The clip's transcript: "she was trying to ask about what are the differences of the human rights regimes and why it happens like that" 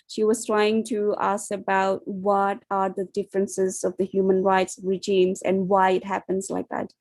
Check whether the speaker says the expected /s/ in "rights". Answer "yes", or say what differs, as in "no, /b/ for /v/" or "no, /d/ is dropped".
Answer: yes